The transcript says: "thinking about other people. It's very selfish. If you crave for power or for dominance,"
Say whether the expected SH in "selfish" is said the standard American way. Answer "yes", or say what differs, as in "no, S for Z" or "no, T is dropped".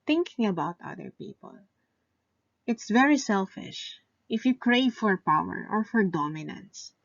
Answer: yes